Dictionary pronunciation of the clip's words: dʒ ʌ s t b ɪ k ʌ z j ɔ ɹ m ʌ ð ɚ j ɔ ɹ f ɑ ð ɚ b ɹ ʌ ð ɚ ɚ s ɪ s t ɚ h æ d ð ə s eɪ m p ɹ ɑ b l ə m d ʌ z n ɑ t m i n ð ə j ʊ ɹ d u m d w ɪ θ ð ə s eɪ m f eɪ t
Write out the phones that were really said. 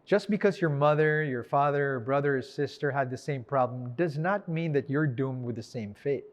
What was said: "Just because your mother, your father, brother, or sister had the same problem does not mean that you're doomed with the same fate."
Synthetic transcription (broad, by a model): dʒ ʌ s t b ɪ k ʌ z j ɔ ɹ m ʌ ð ɚ j ɔ ɹ f ɑ ð ɚ b ɹ ʌ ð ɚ ɚ s ɪ s t ɚ h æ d ð ə s eɪ m p ɹ ɑ b l ə m d ʌ z n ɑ t m i n ð ə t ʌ ɹ d u m d w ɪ ð ə s eɪ m f eɪ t